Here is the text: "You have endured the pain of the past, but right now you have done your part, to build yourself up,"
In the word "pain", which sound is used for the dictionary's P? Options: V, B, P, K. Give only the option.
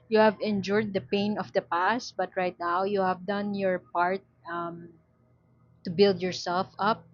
P